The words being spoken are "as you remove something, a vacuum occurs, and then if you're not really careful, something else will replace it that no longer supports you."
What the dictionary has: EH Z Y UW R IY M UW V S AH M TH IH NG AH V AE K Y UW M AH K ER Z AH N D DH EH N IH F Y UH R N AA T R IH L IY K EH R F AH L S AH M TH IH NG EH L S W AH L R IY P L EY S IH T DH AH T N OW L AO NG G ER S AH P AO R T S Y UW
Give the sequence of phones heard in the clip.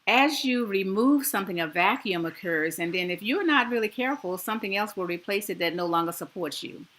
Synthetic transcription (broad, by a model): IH Z Y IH R IY M UW V S AH M TH IH NG AH V AE K Y UW M AH K ER Z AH N DH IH N IH F Y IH R N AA T R IH L IY K EH R F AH L S AH M TH IH NG EH L S W AH L R IY P L EY S IH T DH AH T N OW L AO NG G ER S AH P AO R T S Y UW